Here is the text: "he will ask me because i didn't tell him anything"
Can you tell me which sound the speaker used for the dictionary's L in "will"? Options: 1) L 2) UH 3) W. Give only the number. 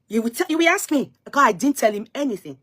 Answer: 3